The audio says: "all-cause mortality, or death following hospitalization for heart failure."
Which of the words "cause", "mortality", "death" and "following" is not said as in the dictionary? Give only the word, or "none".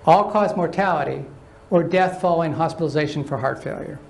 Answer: none